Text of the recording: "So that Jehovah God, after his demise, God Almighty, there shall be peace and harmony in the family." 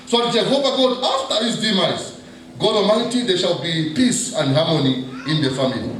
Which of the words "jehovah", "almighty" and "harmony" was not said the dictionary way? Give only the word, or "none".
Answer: almighty